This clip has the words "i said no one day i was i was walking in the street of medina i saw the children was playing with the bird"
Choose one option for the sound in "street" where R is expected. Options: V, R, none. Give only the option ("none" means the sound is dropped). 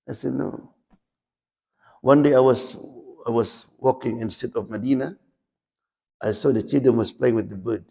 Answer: none